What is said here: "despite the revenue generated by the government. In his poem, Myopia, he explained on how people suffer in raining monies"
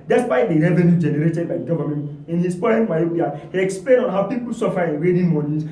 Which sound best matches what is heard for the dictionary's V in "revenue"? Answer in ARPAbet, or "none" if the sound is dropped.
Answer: V